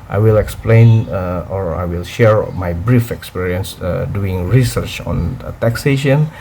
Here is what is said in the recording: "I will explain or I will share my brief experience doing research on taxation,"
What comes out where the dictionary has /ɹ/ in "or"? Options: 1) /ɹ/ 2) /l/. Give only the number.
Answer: 1